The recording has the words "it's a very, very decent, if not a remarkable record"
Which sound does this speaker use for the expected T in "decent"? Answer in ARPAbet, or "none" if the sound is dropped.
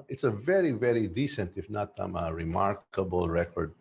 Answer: T